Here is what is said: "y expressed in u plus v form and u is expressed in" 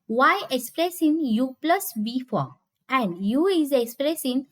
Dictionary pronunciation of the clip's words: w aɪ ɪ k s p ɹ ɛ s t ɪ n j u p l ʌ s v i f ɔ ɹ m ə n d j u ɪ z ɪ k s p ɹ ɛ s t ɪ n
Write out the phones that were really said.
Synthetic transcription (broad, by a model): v aɪ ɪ k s p ɹ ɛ s ɪ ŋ j u p l ʌ s b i f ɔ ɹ ə n d j u ɪ z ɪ k s p ɹ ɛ s ɪ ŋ